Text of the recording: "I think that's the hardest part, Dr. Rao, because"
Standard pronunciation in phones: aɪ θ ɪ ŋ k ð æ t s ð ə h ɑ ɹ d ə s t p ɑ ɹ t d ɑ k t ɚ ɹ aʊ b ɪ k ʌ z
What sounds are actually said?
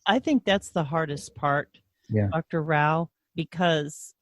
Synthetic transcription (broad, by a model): aɪ θ ɪ ŋ k ð æ t s ð ə h ɑ ɹ d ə s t p ɑ ɹ t d ɑ k t ɚ ɹ aʊ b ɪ k ʌ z